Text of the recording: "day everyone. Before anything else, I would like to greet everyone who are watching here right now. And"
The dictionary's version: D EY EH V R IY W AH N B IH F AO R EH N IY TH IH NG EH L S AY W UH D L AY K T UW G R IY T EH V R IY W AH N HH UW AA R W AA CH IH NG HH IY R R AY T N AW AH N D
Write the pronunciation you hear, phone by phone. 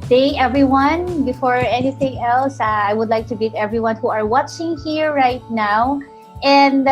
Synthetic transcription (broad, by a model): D EY EH V R IY W AH N B IH F AO R EH N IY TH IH NG EH L S AY W UH D L AY K T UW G IY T EH V R IY W AH N HH UW AA R W AA CH IH NG HH IY R R AY T N AW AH N D